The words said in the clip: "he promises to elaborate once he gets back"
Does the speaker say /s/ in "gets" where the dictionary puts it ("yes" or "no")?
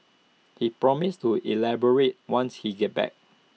no